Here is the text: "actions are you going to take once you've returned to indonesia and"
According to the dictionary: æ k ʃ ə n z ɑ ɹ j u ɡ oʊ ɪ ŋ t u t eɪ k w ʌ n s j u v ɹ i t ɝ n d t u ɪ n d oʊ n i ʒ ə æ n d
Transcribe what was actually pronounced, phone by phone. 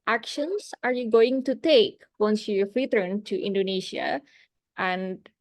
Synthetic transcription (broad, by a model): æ k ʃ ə n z ɑ ɹ j u ɡ oʊ ɪ ŋ t u t eɪ k w ʌ n s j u f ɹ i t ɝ n t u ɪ n d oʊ n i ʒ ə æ n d